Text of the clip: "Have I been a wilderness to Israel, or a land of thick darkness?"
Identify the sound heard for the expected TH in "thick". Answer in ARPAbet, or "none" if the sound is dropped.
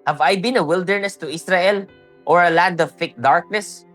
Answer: F